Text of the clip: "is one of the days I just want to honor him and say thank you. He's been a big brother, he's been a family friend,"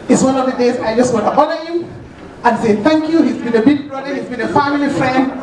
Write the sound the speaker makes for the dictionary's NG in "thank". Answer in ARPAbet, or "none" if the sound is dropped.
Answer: NG